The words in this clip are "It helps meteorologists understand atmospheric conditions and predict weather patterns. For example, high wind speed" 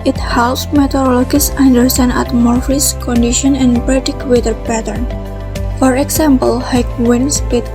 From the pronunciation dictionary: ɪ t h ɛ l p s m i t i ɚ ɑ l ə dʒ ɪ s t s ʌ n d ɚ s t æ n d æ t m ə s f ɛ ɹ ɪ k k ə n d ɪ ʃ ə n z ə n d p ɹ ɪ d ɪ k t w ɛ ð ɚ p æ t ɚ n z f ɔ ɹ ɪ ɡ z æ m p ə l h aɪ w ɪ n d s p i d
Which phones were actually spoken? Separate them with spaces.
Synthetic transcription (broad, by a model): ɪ t h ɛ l s m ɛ t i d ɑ l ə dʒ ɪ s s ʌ n d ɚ s t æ n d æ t m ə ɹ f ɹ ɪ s k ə n d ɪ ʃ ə n ə n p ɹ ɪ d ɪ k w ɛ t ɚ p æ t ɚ n f ɔ ɹ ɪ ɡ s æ m p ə l h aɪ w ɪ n s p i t